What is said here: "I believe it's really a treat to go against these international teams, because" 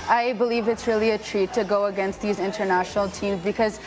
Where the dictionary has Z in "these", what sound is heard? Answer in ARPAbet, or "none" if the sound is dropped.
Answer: Z